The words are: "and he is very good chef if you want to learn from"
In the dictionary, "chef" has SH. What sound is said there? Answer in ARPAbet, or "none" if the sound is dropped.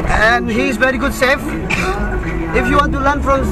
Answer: S